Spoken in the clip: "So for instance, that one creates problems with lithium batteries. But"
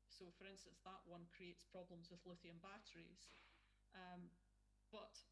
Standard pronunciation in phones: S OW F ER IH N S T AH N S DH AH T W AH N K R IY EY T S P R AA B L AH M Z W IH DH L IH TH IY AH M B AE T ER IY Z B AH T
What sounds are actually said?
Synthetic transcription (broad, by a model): S OW F ER IH N S T AH N S DH AH T W AH N K R IY EY T S P R AA B L AH M Z W IH DH L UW TH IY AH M B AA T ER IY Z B AH T